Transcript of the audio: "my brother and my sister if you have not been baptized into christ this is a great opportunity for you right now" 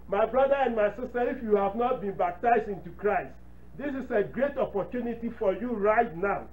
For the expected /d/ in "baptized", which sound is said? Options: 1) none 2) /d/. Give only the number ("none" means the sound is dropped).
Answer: 2